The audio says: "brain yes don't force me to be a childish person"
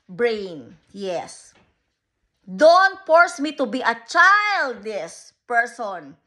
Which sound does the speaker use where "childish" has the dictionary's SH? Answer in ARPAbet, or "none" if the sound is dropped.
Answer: S